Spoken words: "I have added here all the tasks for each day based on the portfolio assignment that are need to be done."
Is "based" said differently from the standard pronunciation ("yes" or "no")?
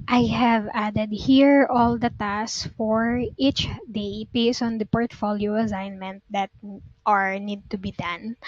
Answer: yes